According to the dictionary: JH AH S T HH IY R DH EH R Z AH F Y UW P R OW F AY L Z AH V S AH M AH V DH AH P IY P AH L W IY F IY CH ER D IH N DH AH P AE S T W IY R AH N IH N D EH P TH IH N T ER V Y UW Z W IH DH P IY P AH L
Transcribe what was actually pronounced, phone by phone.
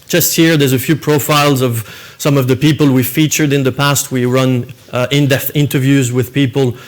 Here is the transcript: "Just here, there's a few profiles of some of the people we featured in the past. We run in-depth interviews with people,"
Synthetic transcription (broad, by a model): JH AH S T HH IY R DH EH R Z AH F Y UW P R OW F AY L Z AH V S AH M AH V DH AH P IY P AH L W IY F IY CH ER D IH N DH AH P AE S T W IY R AH N IH N D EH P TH IH N T ER V Y UW Z W IH DH P IY P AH L